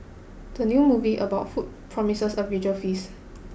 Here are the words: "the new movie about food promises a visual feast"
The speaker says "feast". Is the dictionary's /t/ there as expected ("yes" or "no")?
no